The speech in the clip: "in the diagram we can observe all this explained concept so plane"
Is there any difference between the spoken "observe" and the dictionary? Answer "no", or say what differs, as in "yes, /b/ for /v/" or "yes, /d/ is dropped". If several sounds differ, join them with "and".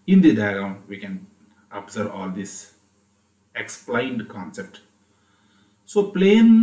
yes, /v/ is dropped